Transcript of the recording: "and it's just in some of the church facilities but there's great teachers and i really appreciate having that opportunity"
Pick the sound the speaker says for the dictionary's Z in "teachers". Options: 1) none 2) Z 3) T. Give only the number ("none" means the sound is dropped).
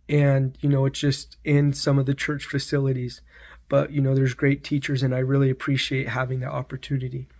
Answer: 2